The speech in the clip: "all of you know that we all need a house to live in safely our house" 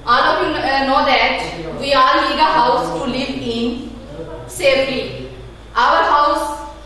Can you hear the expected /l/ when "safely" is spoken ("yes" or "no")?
no